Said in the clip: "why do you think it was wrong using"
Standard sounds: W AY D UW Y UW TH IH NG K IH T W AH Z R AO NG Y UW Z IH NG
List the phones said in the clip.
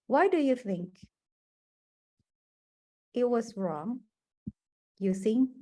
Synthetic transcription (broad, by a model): W AY D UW Y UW TH IH NG K IH T W AH Z R AO NG Y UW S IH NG